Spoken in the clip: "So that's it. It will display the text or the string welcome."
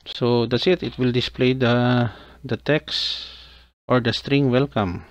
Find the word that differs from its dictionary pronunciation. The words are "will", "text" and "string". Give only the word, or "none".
none